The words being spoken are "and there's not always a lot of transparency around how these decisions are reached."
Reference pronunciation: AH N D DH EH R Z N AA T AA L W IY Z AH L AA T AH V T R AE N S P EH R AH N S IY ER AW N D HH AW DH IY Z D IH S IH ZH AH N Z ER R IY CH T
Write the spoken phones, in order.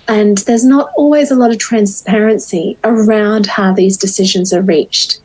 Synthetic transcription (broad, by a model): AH N DH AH R Z N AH T AA L W IY Z AH L AA T AH V T R AE N S P EH R AH N S IY ER AW N D HH AW DH IY Z D IH S IH ZH AH N Z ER R IY CH T